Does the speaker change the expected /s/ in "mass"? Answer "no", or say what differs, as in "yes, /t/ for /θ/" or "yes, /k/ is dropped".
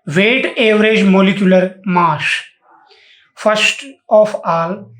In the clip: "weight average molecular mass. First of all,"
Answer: yes, /ʃ/ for /s/